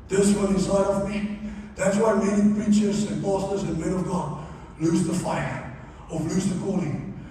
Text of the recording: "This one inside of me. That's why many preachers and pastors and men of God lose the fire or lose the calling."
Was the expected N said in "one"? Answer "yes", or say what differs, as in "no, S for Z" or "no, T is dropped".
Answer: no, L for N